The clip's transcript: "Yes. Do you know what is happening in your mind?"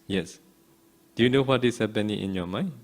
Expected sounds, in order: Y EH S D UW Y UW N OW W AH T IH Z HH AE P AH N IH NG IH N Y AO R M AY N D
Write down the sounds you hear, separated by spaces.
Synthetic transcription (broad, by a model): Y EH S D UW Y UW N OW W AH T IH S HH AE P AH N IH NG IH N Y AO M AY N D